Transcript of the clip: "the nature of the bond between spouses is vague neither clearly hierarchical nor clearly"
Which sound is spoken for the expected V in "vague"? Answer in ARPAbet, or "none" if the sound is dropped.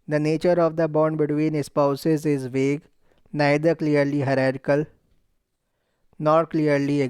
V